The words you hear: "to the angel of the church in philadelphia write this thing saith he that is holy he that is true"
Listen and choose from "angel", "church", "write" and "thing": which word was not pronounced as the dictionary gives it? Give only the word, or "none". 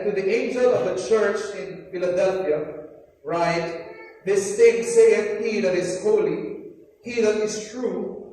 thing